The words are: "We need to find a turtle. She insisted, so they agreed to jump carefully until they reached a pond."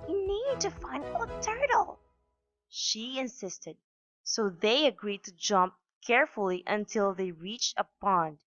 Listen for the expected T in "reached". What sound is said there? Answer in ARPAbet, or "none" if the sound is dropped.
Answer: T